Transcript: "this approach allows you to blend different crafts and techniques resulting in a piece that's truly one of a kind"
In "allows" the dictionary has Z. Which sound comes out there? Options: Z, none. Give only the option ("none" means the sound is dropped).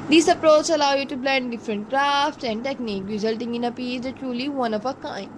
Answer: none